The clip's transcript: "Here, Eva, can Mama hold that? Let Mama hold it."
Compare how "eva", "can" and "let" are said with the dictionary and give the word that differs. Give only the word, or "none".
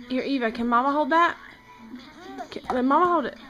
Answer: none